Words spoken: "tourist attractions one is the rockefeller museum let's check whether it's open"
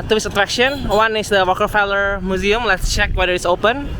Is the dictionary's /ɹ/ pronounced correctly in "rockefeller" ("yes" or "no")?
no